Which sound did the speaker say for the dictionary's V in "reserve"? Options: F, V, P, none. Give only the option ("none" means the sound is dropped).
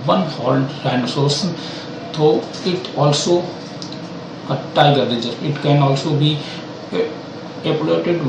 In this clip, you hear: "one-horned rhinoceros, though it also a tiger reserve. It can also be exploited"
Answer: none